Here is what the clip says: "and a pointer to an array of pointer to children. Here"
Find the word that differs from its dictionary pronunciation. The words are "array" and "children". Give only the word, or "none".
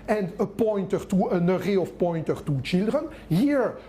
none